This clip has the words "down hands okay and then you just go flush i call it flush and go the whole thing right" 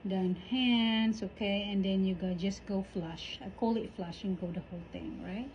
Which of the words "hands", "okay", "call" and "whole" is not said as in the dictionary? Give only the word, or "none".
hands